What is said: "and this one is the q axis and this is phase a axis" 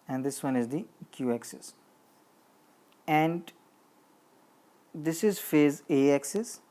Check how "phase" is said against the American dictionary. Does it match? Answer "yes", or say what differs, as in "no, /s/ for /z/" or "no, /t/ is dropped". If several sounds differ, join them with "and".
yes